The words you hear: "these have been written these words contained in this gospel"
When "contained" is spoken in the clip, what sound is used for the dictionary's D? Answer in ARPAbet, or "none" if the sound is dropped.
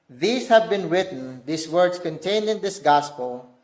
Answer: D